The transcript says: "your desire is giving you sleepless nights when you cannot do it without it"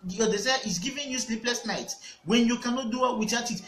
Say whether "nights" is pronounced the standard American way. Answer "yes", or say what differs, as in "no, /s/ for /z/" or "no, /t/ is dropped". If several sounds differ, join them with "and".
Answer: no, /s/ is dropped